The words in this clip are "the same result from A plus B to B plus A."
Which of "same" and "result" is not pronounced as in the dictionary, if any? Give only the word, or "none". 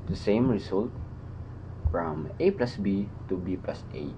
result